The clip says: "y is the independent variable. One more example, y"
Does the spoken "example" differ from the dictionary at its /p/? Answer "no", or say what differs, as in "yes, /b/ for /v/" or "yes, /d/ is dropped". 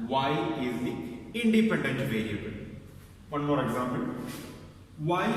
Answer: yes, /b/ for /p/